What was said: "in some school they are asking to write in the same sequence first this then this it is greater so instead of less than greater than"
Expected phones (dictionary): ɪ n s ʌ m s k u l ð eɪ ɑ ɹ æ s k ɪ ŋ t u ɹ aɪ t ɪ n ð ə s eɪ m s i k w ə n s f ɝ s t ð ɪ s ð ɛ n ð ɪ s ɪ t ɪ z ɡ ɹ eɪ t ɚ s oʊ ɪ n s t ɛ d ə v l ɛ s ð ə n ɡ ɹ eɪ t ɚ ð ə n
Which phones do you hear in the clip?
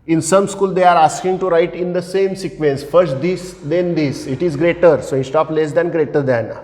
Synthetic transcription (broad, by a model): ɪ n s ʌ m s k u l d eɪ ɑ ɹ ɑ s k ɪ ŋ t u ɹ aɪ t ɪ n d ə s eɪ m s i k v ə n s f ɝ s t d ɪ s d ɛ n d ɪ s ɪ t ɪ z ɡ ɹ eɪ t ɚ s oʊ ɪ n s t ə p l ɛ s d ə n ɡ ɹ eɪ t ɚ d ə n